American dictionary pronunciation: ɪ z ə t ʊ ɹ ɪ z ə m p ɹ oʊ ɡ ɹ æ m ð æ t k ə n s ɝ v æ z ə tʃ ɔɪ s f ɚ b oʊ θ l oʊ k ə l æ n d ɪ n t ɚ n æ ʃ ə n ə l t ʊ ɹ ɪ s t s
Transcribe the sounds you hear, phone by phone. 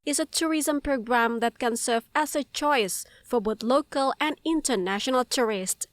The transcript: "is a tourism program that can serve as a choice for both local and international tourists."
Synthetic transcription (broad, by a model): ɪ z ə t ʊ ɹ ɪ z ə m p ɹ oʊ ɡ ɹ æ m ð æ t k ə n s ɝ v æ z ə tʃ ɔɪ s f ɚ b oʊ θ l oʊ k ə l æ n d ɪ n t ɚ n æ ʃ ə n ə l t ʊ ɹ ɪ s t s